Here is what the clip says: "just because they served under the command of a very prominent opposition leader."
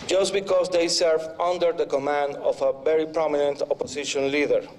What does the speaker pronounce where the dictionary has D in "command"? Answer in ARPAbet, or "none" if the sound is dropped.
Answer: D